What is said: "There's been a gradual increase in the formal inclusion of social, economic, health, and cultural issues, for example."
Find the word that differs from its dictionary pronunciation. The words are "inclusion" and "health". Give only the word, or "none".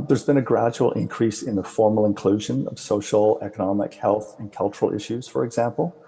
none